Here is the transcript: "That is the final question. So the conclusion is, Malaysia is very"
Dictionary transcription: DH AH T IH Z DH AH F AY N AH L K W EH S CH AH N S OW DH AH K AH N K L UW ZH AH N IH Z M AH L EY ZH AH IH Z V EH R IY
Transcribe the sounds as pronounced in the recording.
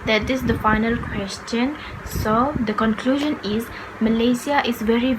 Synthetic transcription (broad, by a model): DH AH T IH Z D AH F AY N AH L K W EH S CH AH N S OW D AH K AH N K L UW ZH AH N IH Z M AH L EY S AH IH Z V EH R IY